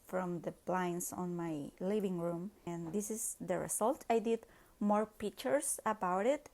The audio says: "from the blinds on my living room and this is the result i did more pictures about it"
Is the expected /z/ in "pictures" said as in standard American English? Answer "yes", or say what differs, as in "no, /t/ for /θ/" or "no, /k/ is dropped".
no, /s/ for /z/